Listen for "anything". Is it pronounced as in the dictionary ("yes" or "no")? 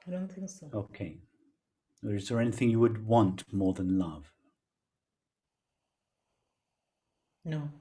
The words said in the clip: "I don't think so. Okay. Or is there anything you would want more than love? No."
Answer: yes